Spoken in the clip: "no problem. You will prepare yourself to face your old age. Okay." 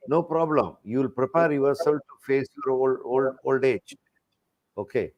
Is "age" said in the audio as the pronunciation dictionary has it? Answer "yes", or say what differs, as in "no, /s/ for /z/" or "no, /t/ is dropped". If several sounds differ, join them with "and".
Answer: yes